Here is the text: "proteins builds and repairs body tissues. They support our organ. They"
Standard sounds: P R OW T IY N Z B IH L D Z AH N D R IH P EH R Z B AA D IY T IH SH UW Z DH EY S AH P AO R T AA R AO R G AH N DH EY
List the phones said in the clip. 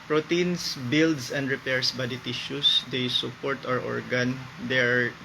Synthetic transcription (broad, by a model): P R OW T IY N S B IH L D S AH N D R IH P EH R S B AA D IY T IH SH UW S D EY S AH P AO R T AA R AO R G AH N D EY